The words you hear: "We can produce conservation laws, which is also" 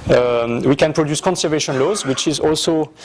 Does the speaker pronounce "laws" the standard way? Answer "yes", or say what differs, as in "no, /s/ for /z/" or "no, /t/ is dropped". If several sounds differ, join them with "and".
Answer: yes